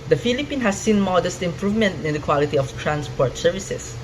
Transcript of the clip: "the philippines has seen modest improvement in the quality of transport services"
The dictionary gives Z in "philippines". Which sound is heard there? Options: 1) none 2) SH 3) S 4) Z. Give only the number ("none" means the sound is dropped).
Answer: 1